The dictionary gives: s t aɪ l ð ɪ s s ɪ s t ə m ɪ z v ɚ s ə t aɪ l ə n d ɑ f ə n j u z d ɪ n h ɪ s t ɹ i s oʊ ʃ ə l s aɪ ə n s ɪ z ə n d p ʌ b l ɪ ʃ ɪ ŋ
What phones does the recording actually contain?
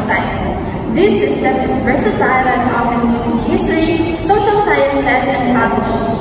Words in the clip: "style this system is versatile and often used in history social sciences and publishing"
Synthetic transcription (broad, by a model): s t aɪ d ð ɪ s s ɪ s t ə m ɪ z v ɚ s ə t aɪ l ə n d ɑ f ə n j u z ɪ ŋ h ɪ s t ɹ i s oʊ ʃ ə l s aɪ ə n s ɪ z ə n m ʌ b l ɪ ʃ